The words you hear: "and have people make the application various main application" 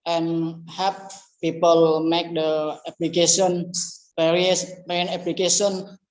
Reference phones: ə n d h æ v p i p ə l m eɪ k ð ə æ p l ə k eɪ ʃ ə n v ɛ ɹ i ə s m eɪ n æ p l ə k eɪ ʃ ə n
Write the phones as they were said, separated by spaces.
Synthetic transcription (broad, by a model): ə n h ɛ p p i p ə l m eɪ k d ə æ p l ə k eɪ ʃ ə n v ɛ ɹ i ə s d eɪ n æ p l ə k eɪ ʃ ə n